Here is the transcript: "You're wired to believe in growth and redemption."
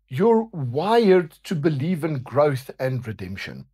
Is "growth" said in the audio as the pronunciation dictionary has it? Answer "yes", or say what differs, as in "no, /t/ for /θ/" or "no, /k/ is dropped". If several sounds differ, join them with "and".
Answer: yes